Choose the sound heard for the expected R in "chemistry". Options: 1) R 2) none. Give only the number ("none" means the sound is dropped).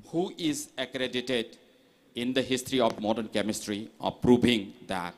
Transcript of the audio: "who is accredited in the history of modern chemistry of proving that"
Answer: 1